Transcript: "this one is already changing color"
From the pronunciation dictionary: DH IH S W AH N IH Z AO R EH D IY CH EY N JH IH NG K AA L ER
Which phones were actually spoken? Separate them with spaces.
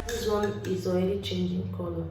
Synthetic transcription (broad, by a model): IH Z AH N IH Z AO EH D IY CH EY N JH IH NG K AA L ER